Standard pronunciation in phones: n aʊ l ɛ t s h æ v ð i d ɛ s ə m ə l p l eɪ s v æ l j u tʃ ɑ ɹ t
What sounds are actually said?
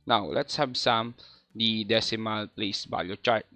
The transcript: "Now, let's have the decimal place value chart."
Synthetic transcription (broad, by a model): n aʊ l ɛ t s h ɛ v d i d ɛ s ə m ə l p l eɪ s b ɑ j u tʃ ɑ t